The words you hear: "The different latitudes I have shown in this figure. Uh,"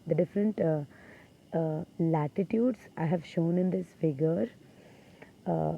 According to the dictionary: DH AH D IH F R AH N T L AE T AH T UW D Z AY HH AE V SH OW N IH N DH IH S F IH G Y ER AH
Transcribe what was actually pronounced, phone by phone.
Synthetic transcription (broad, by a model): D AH D IH F R AH N T L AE T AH T UW D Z AY HH AE V SH OW N IH N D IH S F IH G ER